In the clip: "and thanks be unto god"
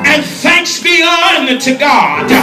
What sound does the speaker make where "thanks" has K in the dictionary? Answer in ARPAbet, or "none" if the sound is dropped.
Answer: K